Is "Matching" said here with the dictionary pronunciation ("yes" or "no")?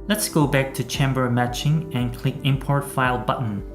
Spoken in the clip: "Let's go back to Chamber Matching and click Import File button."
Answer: yes